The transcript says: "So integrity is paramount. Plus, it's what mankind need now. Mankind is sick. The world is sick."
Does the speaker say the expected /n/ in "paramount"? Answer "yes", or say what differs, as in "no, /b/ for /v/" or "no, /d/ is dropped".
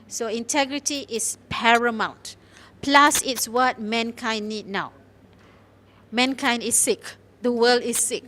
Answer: yes